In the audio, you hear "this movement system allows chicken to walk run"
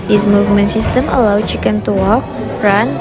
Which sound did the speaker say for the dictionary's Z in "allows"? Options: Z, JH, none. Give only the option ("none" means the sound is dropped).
none